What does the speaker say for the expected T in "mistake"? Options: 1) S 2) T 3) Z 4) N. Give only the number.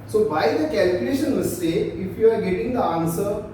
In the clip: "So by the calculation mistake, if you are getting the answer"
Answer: 1